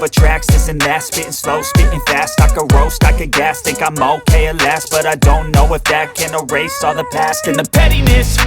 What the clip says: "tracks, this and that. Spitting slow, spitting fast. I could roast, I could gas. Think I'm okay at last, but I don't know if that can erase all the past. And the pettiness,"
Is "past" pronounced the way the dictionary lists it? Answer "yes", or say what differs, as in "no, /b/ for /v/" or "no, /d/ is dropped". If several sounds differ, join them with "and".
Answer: yes